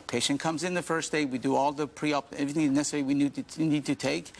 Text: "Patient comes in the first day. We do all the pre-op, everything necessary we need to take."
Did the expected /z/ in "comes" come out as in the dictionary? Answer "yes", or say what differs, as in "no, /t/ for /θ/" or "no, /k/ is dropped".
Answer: yes